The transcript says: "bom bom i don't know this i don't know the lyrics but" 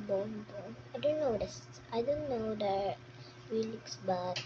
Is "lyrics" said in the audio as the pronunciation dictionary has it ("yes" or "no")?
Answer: no